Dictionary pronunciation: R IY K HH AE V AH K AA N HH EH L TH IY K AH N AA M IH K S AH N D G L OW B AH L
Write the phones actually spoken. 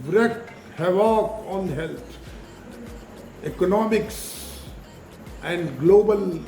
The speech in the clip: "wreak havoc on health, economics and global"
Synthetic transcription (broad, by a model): R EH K HH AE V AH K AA N HH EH L T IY K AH N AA M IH K S AH N D G L OW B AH L